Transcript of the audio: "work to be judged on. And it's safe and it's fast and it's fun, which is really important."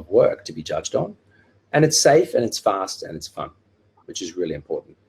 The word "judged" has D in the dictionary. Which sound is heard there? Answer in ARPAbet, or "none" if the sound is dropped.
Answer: D